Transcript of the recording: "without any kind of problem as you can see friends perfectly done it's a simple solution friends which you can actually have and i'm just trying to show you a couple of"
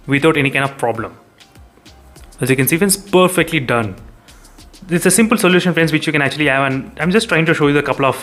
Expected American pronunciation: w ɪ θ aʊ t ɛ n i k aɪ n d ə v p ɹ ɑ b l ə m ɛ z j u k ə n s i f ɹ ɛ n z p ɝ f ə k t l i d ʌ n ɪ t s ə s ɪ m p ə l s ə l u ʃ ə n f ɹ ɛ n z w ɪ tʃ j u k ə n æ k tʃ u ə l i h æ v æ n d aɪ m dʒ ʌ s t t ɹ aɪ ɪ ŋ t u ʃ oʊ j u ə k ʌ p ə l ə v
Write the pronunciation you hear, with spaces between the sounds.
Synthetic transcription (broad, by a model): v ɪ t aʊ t ɛ n i k aɪ n d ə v p ɹ ɑ b l ə m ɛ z j u k ə n s i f ɛ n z p ɝ f ə k t l i d ʌ n ɪ t s ə s ɪ m p ə l s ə l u ʃ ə n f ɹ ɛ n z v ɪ tʃ j u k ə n æ k tʃ u ə l i h æ v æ n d aɪ m dʒ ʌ s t t ɹ aɪ ɪ ŋ t u ʃ oʊ j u ə k ʌ p ə l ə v